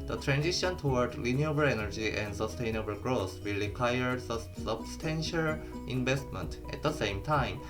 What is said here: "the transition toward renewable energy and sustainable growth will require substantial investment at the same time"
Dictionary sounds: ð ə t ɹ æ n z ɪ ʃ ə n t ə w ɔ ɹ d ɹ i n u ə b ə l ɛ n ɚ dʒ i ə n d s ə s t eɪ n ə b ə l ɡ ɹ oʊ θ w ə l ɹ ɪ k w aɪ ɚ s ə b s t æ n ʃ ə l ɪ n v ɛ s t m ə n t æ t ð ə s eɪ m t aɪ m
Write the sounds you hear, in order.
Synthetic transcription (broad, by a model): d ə t ɹ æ n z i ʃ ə n t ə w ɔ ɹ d l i n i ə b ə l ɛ n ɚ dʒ i ə n d s ə s t eɪ n ə b ə l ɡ ɹ oʊ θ w ə l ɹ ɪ k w aɪ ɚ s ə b s t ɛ n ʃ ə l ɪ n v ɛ s t m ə n t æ t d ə s eɪ m t aɪ m